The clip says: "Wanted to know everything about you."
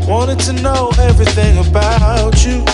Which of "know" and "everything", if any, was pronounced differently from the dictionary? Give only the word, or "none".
none